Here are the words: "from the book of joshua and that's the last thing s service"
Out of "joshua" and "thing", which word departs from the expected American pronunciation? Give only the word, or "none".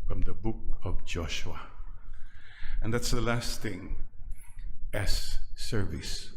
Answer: none